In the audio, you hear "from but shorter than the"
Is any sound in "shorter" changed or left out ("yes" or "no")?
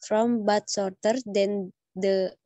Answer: yes